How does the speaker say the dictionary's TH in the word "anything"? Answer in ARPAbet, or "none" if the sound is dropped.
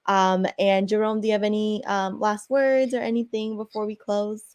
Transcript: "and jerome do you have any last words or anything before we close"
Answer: TH